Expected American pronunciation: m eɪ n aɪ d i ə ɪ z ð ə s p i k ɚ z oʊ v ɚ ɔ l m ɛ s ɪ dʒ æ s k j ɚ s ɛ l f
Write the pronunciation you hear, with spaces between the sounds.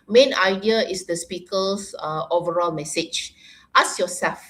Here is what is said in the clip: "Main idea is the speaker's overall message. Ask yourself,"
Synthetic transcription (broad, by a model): m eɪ n aɪ d i ə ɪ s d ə s p i k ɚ s oʊ v ɚ ɔ l m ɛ s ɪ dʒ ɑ s j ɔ s ɛ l f